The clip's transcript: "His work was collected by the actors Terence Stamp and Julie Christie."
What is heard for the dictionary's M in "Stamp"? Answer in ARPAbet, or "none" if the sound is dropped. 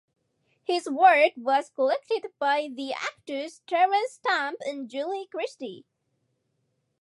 M